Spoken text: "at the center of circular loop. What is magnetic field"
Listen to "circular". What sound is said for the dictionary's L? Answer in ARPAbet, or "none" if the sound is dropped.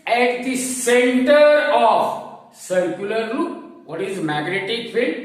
L